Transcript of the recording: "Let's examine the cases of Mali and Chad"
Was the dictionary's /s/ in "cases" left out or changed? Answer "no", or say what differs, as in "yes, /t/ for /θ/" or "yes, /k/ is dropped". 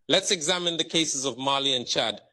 no